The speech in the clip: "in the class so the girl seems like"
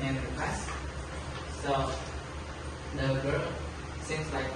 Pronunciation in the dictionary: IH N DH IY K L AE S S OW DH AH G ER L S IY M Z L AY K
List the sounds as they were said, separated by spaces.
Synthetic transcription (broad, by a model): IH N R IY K W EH S S OW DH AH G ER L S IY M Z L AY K